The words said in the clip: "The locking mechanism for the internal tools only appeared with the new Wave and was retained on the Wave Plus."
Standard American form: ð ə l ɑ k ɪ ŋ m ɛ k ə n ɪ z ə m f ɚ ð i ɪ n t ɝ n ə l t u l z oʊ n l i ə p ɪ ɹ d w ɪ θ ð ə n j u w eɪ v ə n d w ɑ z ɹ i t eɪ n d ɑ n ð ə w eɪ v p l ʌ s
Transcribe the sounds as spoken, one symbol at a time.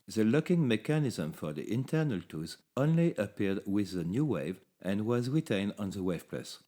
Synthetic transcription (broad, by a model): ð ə l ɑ k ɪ ŋ m ɛ k ə n ɪ z ə m f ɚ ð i ɪ n t ɝ n ə l t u z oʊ n l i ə p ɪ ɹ d w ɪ ð ə n j u w eɪ v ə n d w ɑ z ɹ i t eɪ n d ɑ n ð ə w eɪ v p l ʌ s